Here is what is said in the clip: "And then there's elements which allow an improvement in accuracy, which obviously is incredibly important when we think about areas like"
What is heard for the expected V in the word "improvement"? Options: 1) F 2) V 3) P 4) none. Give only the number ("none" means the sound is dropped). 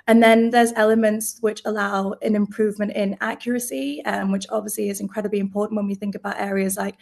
2